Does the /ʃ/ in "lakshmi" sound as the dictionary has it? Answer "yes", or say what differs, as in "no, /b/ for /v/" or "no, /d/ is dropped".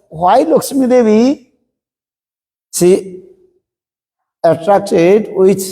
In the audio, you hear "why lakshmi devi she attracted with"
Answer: no, /s/ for /ʃ/